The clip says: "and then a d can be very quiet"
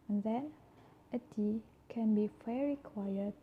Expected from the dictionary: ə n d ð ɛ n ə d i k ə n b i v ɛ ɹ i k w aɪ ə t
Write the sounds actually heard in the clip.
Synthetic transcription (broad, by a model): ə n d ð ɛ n ə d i k ə n b i f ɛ ɹ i k w aɪ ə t